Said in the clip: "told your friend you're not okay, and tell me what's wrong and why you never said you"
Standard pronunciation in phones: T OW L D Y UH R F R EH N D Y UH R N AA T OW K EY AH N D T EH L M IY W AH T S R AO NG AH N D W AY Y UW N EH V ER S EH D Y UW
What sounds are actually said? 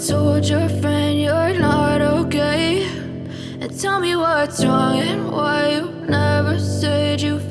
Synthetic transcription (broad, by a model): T OW L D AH R F R EH N D Y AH R N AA T OW K EY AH N T EH L M IY W AH T S R AO NG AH N W AY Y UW N EH V ER S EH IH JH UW